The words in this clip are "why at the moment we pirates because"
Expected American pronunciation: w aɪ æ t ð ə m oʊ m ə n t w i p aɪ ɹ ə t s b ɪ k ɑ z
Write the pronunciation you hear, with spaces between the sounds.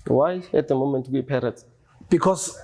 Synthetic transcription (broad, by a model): w aɪ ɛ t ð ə m oʊ m ə n t w i p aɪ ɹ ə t b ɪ k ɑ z